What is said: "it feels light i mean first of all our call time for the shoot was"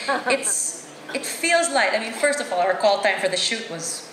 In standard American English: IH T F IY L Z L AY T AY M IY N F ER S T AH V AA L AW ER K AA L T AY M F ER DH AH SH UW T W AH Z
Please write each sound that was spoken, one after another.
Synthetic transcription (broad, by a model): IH T F IY L Z L AY T AY M IY N F ER S T AH V AA L AW ER K AA L T AY M F ER DH AH SH UW T W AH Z